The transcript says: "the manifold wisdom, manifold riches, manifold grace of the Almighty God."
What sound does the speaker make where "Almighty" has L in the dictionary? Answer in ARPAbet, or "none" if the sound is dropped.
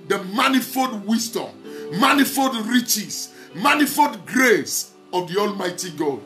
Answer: L